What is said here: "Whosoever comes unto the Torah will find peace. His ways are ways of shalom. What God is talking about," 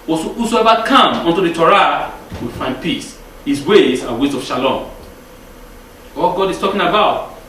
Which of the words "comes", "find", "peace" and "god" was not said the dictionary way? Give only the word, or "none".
comes